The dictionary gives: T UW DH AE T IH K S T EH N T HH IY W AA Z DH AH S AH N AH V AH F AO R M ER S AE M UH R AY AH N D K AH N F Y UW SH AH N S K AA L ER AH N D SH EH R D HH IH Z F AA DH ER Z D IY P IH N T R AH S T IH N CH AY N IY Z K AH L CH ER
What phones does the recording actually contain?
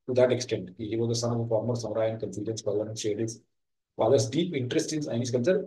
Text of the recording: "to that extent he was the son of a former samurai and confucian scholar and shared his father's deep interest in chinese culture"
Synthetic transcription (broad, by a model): T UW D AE T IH K S T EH N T HH IY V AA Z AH S AH N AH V AH F AO R M ER S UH R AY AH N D K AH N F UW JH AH N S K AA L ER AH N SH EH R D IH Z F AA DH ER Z D IY P IH N T R AH S T IH N S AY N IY S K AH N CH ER